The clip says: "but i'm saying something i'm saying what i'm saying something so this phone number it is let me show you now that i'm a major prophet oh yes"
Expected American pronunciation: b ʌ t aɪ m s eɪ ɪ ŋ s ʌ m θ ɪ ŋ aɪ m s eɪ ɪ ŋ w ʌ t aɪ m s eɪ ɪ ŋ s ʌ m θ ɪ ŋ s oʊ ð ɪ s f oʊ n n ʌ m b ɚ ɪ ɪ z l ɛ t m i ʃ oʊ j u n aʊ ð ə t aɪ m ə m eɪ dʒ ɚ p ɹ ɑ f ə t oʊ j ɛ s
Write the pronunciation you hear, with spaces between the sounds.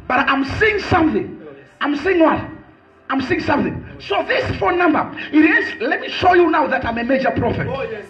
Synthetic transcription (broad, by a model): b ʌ t aɪ m s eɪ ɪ ŋ s ʌ m θ ɪ ŋ aɪ m s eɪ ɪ ŋ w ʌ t aɪ m s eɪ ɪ ŋ s ʌ m θ ɪ ŋ s oʊ ð ɪ s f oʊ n n ʌ m b ɚ ɪ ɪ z l ɛ t m i ʃ oʊ j u n aʊ ð ə t aɪ m ə m eɪ dʒ ɚ p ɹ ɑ f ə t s